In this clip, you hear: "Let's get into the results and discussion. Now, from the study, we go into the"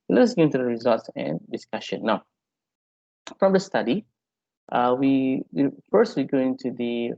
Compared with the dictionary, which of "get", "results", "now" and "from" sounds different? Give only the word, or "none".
get